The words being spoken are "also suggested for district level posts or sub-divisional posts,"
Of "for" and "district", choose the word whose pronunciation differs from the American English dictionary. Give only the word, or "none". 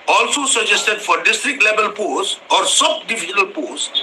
none